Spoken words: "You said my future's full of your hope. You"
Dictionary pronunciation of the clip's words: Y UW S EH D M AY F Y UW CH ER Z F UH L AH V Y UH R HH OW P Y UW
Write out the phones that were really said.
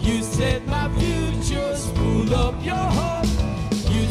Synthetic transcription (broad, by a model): Y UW S EH D M AY F Y UW CH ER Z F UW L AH P Y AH R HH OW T Y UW